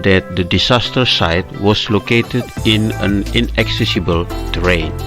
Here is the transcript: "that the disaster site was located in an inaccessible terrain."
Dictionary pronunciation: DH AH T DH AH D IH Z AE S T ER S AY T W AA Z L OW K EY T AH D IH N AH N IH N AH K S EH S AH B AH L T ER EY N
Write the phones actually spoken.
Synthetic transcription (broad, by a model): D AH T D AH D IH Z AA S T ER S AY T W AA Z L OW K EY T AH D IH N AH N IH N AH K S EH S AH B AH L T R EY N